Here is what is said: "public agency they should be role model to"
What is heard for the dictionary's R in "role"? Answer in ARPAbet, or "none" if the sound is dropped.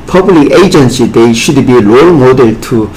L